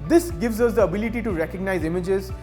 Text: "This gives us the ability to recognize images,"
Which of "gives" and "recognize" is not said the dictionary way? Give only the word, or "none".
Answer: none